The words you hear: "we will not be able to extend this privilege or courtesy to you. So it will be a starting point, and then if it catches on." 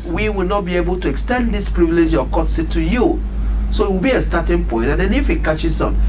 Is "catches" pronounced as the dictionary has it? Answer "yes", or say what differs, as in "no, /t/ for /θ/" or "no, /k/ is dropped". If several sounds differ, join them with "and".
no, /s/ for /z/